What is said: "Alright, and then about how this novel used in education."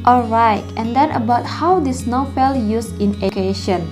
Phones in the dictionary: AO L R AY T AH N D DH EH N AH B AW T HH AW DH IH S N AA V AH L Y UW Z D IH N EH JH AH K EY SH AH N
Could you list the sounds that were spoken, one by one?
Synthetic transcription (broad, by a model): AO L R AY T AH N D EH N AH B AW T HH AW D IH S N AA F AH L Y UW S IH N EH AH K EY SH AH N